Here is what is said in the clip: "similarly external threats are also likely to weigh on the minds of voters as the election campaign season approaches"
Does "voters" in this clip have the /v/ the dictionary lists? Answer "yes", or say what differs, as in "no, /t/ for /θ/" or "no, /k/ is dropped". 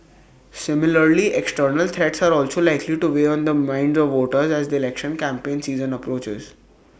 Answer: yes